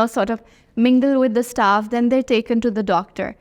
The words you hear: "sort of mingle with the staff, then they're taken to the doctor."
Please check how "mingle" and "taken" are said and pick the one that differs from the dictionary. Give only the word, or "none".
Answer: none